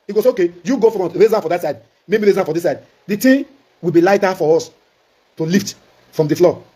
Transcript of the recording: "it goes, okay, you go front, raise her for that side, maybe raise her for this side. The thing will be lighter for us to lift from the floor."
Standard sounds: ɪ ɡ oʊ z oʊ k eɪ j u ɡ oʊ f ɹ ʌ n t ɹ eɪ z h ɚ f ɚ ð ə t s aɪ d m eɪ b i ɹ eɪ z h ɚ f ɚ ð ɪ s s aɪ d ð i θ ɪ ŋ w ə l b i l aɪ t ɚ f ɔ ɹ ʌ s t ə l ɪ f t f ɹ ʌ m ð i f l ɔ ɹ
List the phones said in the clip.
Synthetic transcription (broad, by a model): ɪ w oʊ s oʊ k eɪ j u ɡ oʊ f ɹ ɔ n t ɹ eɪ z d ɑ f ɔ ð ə t s aɪ d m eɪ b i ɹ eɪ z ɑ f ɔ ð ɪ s s aɪ d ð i t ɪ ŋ w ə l b i l aɪ t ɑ f ɔ ɹ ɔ s t ə l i f t f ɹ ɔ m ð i f l ɔ